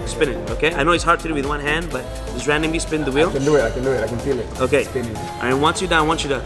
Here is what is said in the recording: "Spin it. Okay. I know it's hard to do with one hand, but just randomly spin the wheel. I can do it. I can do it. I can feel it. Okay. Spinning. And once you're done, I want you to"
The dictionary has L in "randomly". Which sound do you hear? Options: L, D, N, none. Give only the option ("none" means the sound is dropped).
none